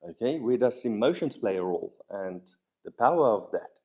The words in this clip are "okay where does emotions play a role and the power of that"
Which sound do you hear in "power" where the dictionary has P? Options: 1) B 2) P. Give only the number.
2